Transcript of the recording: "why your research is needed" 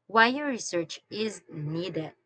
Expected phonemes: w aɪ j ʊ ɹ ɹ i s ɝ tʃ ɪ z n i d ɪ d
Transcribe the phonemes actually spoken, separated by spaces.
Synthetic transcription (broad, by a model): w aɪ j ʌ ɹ ɹ i s ɝ tʃ ɪ z n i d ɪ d